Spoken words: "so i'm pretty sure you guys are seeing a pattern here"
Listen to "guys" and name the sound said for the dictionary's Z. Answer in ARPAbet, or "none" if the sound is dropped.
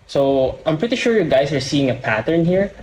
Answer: S